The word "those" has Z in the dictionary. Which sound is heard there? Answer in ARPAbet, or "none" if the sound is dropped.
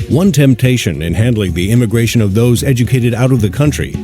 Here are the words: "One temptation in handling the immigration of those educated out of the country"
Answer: Z